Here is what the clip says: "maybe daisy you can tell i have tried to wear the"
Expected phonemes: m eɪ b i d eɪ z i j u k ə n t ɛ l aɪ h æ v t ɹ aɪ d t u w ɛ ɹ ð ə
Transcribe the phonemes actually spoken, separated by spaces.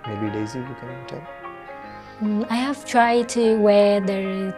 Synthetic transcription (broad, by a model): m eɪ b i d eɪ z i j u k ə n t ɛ n aɪ h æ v t ɹ aɪ d t u w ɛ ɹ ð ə